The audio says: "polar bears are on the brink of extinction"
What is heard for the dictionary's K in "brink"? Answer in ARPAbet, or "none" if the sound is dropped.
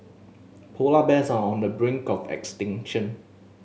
K